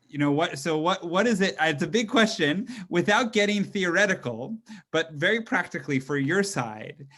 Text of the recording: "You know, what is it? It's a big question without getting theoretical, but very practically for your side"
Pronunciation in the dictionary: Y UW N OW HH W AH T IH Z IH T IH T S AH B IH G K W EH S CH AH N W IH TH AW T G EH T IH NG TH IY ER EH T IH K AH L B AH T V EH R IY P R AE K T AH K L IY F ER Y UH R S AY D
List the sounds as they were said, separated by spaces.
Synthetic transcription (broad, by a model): Y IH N OW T W AH T IH Z IH T IH T S AH B IH G K W EH S CH AH N W IH TH AW T G EH T IH NG TH IY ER EH T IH K L B AH T V EH R IY P R AE K T AH K L IY F ER Y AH R S AY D